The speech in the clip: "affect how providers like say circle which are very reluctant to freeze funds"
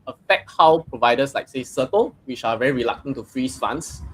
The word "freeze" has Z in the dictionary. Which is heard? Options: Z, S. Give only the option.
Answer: S